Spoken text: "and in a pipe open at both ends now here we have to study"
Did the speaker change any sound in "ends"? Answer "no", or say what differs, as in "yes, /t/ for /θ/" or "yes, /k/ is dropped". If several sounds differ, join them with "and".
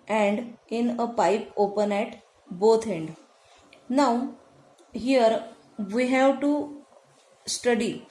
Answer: yes, /z/ is dropped